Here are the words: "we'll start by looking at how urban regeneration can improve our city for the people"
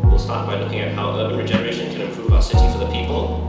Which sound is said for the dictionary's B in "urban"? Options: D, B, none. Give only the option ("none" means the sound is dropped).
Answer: none